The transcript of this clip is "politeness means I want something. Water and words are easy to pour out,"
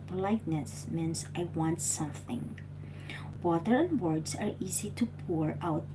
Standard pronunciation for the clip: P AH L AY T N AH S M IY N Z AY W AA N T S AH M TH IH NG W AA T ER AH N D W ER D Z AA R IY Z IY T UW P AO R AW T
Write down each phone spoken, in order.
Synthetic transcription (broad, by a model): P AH L AY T N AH S M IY N S AY W AA N T S AH M TH IH NG W AA T ER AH N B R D S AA R IY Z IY T UW P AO R AW T